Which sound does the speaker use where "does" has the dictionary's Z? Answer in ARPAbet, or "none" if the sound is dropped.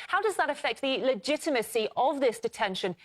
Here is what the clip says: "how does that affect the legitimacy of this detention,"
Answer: Z